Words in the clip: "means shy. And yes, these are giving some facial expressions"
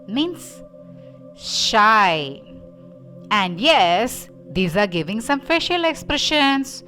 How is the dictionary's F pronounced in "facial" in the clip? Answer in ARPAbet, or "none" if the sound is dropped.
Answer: F